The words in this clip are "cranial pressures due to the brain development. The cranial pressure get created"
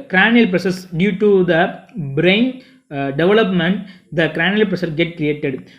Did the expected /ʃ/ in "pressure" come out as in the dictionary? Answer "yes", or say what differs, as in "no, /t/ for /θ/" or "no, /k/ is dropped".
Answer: no, /s/ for /ʃ/